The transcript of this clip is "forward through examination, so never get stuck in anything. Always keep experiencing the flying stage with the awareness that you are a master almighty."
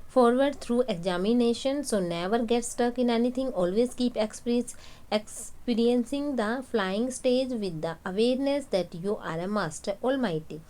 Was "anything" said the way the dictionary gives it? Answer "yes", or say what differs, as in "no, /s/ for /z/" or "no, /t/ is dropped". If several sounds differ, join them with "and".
no, /t/ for /θ/